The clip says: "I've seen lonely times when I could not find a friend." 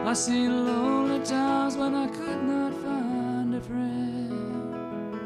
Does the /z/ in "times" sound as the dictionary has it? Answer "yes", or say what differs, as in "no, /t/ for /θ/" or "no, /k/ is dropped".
yes